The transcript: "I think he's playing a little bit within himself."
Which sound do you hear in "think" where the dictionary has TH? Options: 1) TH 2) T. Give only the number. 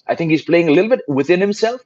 1